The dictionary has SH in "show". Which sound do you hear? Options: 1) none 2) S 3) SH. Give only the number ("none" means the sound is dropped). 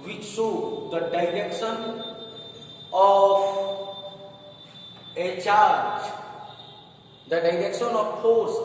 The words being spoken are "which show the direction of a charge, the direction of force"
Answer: 2